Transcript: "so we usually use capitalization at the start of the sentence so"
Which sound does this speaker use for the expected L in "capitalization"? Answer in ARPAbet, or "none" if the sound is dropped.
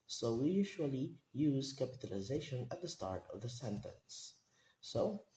L